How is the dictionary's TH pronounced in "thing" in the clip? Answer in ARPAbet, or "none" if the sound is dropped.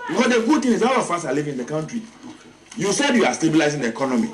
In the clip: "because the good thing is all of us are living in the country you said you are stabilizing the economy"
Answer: T